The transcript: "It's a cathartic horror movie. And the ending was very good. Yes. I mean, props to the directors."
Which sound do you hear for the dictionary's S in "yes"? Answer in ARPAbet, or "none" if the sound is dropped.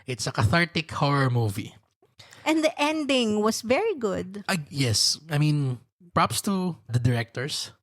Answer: S